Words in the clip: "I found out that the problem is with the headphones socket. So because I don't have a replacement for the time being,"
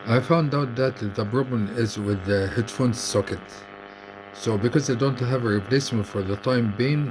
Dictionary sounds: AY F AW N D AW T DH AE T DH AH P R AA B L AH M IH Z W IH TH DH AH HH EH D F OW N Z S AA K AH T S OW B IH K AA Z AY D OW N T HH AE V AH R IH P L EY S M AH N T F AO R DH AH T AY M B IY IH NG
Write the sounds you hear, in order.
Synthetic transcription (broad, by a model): AY F AW N D AW T DH AE T DH AH P R AA B L AH M IH Z W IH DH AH HH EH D F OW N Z S AA K AH T S OW B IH K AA Z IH D OW N T HH AE V AH R IH P L EY S M AH N T F AO R DH AH T AY M B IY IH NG